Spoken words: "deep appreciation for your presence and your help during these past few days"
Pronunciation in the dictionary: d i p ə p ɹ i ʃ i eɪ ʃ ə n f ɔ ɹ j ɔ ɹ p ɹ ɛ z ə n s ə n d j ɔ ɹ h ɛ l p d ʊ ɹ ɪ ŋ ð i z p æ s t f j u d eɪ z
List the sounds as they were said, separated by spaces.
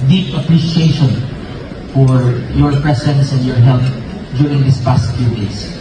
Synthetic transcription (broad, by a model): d i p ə p ɹ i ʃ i eɪ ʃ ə n f ɔ ɹ j ɔ ɹ p ɹ ɛ s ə n s ə n d j ɔ ɹ h ɛ l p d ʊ ɹ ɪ ŋ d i s p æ s t f j u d eɪ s